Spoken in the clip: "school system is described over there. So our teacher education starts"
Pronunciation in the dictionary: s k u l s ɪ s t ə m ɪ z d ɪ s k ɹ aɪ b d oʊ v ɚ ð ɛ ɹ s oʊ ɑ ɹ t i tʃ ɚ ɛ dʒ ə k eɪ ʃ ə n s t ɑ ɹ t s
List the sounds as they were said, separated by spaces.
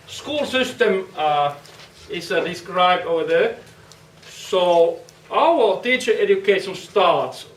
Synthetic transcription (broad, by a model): s k u l s ɪ s t ə m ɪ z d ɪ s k ɹ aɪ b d oʊ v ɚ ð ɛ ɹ s oʊ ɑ w t i tʃ ɚ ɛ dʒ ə k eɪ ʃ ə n s t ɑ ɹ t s